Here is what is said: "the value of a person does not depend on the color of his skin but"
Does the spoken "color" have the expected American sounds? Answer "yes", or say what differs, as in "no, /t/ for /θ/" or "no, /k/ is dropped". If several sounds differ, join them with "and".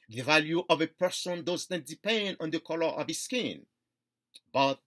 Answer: yes